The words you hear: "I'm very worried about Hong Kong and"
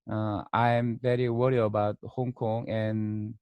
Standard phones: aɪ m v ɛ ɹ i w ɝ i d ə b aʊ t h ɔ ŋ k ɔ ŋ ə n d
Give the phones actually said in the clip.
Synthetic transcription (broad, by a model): aɪ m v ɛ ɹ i w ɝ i ə b aʊ t h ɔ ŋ k ɔ ŋ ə n